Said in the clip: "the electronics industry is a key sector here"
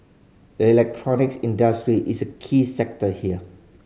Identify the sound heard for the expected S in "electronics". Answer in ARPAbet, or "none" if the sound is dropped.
S